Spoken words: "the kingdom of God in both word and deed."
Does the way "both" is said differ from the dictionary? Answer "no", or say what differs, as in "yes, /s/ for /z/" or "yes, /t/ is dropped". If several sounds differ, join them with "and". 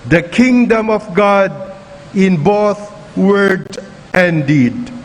yes, /t/ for /θ/